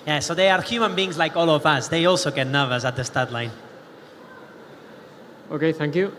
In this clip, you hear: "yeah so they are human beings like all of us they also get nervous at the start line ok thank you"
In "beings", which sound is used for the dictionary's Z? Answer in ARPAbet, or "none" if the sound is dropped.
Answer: Z